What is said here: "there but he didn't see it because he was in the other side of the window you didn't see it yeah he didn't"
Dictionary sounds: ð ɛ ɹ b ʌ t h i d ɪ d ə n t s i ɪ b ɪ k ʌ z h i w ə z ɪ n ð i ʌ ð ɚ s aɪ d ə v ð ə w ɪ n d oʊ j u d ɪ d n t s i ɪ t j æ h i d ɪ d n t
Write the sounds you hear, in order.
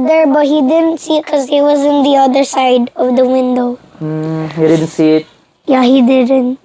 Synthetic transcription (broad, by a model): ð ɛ ɹ b ʌ t h i d ɪ d ə n t s i ɪ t k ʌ z h i w ə z ɪ n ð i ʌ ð ɚ s aɪ d ə v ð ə w ɪ n d oʊ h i d ɪ d n t s i ɪ t j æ h i d ɪ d n t